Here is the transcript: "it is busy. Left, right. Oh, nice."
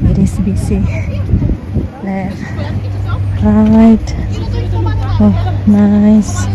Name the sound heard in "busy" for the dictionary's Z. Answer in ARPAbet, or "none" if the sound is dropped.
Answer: S